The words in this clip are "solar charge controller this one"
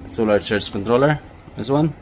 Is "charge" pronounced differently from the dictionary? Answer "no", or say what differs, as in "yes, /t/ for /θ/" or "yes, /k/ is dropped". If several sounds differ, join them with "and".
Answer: yes, /tʃ/ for /dʒ/